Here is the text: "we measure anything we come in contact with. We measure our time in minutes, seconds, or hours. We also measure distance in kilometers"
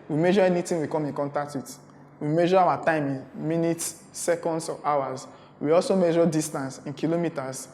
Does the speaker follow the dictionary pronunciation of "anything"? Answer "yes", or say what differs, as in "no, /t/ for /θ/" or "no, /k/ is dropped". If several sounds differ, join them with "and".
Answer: no, /t/ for /θ/